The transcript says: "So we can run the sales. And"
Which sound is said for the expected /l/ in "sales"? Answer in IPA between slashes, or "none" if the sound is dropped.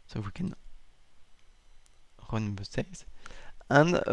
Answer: none